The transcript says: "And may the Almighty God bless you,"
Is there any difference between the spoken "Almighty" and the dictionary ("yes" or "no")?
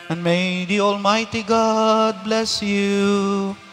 no